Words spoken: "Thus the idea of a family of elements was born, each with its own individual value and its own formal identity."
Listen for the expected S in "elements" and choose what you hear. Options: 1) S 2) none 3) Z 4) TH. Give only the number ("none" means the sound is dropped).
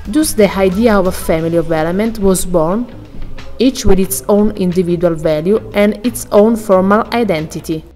2